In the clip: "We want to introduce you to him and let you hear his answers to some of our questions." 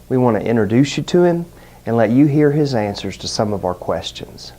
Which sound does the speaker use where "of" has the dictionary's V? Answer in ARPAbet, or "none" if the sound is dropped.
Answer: V